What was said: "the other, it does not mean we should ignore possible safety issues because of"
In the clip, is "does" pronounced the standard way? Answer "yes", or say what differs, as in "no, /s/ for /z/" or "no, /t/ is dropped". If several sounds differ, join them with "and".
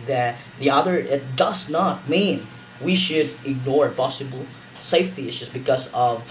yes